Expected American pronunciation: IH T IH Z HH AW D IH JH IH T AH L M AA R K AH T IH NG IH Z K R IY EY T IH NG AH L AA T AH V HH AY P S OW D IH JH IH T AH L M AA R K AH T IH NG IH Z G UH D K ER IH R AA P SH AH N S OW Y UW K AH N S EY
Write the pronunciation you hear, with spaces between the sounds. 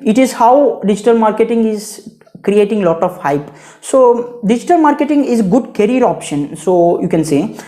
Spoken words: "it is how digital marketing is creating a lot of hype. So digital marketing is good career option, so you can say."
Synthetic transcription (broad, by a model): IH T IH Z HH AW D IH JH IH T AH L M AA R K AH T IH NG IH Z K R IY EY T IH NG L AA T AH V HH AY P S OW D IH JH IH T AH L M AA R K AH T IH NG IH Z G UH D K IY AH R AA P SH AH N S OW Y UW K AH N S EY